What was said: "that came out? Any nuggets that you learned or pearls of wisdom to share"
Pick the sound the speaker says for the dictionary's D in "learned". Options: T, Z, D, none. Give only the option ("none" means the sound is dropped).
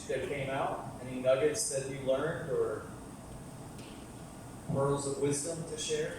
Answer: D